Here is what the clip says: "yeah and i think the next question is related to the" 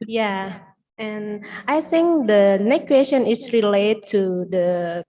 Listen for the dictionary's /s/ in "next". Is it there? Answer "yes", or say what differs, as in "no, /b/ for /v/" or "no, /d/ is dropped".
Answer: no, /s/ is dropped